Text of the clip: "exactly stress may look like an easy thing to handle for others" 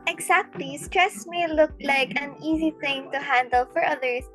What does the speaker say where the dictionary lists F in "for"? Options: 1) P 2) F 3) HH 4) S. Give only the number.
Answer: 2